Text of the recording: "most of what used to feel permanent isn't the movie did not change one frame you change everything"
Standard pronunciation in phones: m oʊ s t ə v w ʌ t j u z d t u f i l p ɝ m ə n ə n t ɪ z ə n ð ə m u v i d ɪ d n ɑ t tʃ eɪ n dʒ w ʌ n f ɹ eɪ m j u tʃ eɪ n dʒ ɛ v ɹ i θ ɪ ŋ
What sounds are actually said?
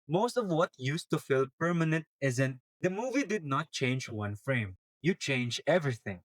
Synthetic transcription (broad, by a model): m oʊ s t ə v w ʌ t j u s t u f i l p ɝ m ə n ə n t ɪ z ə n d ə m u v i d ɪ d n ɑ t tʃ eɪ n dʒ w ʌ n f ɹ eɪ m j u tʃ eɪ n dʒ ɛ v ɹ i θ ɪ ŋ